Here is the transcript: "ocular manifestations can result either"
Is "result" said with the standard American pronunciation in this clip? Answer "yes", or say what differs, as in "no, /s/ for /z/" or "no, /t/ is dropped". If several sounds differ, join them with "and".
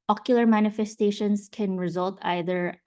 yes